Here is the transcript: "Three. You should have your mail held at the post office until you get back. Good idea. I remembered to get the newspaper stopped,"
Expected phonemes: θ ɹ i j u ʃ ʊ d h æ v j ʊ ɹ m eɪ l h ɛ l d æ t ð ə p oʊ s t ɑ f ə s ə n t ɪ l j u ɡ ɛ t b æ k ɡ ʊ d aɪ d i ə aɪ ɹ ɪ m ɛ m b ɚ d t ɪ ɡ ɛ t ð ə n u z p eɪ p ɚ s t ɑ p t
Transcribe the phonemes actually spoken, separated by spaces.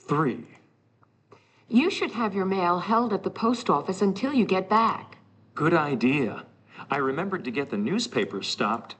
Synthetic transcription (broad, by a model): θ ɹ i j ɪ ʃ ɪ d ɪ v j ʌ ɹ m eɪ l h ɛ l d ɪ t ð ə p oʊ s t ɑ f ə s ə n t ɪ l j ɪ ɡ ɛ t b æ k ɡ ʊ d aɪ d i ə aɪ ɹ ɪ m ɛ m b ɚ d t ɪ ɡ ɛ t ð ə n u z p eɪ p ɚ s t ɑ p t